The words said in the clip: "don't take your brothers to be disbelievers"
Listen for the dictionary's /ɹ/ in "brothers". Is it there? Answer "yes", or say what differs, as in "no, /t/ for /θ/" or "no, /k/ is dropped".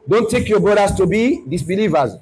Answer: no, /ɹ/ is dropped